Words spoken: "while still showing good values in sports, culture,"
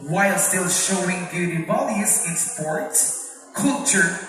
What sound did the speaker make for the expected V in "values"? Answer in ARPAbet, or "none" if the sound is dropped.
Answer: B